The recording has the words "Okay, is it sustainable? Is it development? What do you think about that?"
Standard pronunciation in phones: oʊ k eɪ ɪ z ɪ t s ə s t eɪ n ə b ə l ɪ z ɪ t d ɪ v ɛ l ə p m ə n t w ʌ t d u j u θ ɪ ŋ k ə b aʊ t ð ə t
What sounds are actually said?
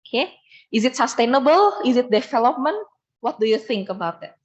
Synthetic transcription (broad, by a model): k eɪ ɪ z ɪ t s ə s t eɪ n ə b ə l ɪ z ɪ t d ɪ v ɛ l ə p m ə n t w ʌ t d u j u θ ɪ ŋ k ə b aʊ t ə t